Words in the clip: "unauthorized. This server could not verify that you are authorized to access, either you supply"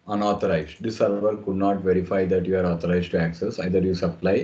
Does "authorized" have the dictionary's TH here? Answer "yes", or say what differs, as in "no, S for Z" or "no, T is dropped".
no, T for TH